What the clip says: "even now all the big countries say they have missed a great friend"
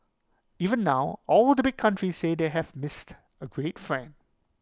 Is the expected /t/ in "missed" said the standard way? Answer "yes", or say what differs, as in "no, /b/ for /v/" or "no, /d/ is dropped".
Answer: yes